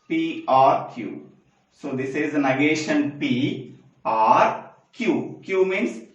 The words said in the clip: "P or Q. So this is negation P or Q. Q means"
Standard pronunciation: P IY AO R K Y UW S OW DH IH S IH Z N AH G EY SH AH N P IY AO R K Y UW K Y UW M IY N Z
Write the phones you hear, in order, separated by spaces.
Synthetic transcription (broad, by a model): P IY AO R K Y UW S OW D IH S IH Z N AH G EY SH AH N P IY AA R K Y UW K Y UW M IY N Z